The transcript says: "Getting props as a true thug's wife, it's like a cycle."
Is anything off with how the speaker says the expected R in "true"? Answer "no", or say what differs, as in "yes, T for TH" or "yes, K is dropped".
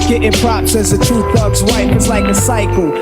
yes, R is dropped